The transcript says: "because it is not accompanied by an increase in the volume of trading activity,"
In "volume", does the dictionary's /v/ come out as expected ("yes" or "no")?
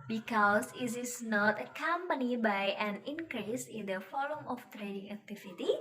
no